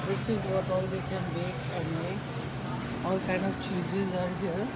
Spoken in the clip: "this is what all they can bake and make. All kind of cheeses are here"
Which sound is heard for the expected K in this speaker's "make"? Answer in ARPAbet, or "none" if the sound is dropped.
none